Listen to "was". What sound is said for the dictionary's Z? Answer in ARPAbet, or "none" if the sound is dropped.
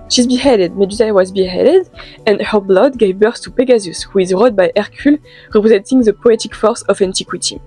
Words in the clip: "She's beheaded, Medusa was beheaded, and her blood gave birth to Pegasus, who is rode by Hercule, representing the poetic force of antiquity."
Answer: Z